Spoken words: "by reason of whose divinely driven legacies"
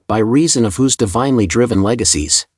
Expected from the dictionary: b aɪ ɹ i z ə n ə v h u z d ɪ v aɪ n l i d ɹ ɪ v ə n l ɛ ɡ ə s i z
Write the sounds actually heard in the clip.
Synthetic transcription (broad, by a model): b aɪ ɹ i z ə n ə v h u z d ɪ v aɪ n l i d ɹ ɪ v ə n l ɛ ɡ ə s i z